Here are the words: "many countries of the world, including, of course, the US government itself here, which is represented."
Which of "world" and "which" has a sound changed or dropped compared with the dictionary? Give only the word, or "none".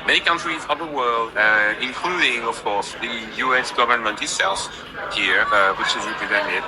none